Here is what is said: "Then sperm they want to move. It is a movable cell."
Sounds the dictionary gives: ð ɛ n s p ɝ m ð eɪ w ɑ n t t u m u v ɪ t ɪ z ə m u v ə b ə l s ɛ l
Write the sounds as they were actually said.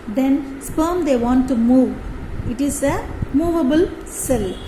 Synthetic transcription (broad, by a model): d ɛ n s p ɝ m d eɪ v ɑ n t t u m u v ɪ t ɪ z ə m u v ə b ə l s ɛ l